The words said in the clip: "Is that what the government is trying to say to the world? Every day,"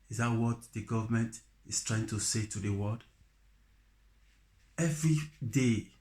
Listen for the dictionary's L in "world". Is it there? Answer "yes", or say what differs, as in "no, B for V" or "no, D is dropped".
no, L is dropped